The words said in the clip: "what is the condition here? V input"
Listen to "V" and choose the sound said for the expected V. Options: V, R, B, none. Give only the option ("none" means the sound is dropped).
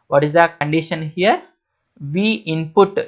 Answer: V